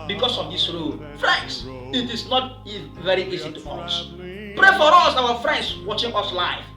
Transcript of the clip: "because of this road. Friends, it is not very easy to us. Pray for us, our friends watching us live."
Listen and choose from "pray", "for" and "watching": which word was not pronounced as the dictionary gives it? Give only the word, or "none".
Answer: none